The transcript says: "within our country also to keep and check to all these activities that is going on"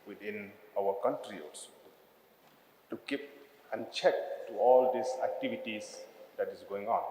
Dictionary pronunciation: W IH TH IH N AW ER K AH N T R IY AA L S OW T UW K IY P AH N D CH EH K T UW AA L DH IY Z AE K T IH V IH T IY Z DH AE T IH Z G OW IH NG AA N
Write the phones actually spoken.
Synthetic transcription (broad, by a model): W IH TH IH N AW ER K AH N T R IY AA S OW T UW K IY P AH N CH EH K T UW AA L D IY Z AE K T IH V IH T IY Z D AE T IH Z G OW IH NG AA N